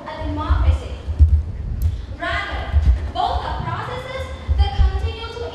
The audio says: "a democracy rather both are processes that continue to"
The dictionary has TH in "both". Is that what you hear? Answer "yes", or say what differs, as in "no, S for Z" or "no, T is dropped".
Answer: no, T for TH